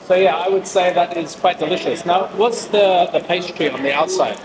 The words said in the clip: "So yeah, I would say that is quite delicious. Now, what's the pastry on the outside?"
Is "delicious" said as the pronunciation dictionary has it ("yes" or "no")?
yes